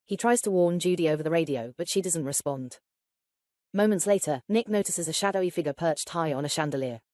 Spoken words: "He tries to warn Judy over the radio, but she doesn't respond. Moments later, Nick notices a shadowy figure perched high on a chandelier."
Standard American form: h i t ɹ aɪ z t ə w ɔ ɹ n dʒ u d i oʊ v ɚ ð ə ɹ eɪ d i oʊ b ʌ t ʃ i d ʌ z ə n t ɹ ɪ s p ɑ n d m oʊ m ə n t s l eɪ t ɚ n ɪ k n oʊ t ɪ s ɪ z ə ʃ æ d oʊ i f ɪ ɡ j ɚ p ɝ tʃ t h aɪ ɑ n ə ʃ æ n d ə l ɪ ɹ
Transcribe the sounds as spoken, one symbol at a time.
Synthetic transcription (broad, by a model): h i t ɹ aɪ z t ə w ɔ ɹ n dʒ u d i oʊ v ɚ ð ə ɹ eɪ d i oʊ b ʌ t ʃ i d ʌ z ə n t ɹ ɪ s p ɑ n d m oʊ m ə n t s l eɪ t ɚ n ɪ k n oʊ t ɪ s ɪ z ə ʃ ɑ d oʊ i f ɪ ɡ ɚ p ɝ tʃ t h aɪ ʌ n ə ʃ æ n d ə l ɪ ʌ